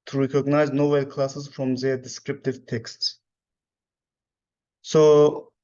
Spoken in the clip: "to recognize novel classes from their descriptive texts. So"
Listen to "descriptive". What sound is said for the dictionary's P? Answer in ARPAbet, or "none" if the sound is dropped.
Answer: P